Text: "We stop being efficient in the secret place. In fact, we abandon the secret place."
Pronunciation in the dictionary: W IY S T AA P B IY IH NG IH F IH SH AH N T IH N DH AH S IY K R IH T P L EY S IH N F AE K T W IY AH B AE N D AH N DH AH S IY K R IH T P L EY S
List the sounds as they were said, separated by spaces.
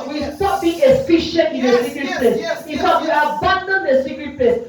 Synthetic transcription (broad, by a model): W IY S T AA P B IY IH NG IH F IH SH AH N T IH N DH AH S IY K R IH T P L EY S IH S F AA T W IY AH B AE N D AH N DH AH S IY K R IH T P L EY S